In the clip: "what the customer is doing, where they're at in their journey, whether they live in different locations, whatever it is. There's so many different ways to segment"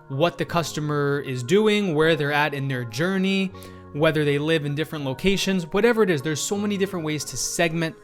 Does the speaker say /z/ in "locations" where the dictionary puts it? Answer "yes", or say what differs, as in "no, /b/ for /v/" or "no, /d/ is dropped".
yes